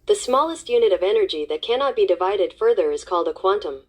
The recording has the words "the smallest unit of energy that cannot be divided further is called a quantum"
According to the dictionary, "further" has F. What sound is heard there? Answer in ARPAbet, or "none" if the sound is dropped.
F